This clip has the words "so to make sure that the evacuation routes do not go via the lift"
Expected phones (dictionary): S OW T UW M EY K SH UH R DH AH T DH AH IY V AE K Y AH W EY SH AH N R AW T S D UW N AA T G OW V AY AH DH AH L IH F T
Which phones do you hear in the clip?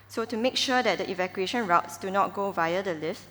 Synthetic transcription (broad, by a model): S OW T UW M EY K SH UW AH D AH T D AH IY V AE K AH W EY SH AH N R AW T S D UW N AA T G OW V AY AH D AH L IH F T